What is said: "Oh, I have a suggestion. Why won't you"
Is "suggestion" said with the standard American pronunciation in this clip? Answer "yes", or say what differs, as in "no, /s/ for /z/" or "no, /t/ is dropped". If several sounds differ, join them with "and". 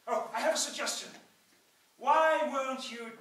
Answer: yes